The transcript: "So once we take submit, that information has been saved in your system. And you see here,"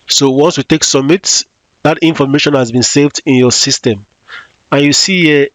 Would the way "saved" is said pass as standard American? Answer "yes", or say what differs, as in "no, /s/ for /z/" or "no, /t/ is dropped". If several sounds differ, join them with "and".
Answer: yes